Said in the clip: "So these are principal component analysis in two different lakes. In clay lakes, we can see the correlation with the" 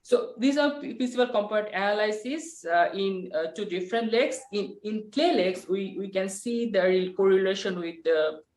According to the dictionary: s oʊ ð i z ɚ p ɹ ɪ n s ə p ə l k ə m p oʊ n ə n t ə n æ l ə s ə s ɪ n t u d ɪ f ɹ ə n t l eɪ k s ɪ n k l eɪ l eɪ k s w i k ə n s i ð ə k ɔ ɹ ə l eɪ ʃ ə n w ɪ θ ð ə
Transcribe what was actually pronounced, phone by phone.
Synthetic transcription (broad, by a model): s oʊ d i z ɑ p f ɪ s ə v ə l k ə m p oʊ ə t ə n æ l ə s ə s ɪ n t u d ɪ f ɹ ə n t l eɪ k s ɪ n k l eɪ l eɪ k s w i k ə n s i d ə k ɔ ɹ ə l eɪ ʃ ə n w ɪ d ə